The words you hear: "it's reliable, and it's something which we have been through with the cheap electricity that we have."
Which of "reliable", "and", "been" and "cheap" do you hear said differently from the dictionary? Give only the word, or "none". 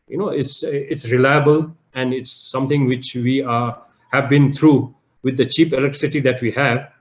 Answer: none